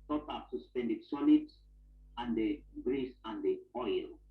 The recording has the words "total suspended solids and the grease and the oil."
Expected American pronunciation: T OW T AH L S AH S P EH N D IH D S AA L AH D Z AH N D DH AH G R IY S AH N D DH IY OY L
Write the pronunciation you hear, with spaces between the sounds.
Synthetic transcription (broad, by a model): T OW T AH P S AH S P EH N D IH D S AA N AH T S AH N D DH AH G R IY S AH N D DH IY OY L